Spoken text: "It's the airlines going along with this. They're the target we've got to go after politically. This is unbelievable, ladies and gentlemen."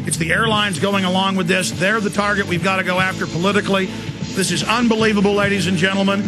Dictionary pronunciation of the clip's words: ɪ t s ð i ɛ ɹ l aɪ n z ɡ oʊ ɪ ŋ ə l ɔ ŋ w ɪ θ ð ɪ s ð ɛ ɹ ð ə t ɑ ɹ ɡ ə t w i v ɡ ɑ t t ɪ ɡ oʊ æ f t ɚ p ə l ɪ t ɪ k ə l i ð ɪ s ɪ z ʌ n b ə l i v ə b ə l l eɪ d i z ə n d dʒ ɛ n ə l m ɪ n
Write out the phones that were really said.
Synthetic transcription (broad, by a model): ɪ t s ð i ɛ ɹ l aɪ n z ɡ oʊ ɪ ŋ ə l ɔ ŋ w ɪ ð ɪ s ð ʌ ɹ ð ə t ɑ ɹ ɡ ə t w i v ɡ ɑ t t ɪ ɡ oʊ æ f t ɚ p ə l ɪ t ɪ k l i ð ɪ s ɪ z ʌ n b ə l i v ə b l l eɪ d i z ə n dʒ ɛ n l m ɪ n